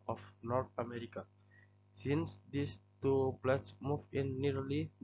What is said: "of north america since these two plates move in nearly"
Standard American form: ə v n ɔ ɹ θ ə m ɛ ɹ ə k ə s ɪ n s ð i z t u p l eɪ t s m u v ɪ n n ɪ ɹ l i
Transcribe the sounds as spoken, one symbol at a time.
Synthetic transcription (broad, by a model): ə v n ɔ ɹ t ə m ɛ ɹ ə k ə s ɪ n s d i s t u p l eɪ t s m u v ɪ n n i ɹ l i